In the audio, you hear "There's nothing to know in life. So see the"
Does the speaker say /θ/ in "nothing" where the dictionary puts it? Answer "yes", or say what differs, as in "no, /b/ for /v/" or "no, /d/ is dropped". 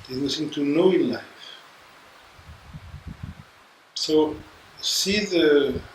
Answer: no, /s/ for /θ/